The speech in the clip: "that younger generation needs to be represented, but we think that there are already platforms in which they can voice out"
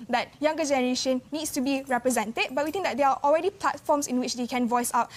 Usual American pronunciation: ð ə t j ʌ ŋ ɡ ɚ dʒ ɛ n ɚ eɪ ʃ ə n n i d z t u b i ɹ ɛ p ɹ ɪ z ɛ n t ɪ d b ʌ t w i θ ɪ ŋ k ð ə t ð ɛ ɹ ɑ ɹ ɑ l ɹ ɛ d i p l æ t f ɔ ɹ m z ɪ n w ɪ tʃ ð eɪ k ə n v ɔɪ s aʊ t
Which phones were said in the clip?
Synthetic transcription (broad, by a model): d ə t j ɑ ŋ ɡ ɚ dʒ ɛ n ɚ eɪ ʃ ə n n i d s t u b i ɹ ɛ p ɹ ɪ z ɛ n t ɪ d b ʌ t w i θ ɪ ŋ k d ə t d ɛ ɹ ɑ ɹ ɑ l ɹ ɛ d i p l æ t f ɔ m s ɪ n w ɪ tʃ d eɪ k ə n v ɔɪ s aʊ t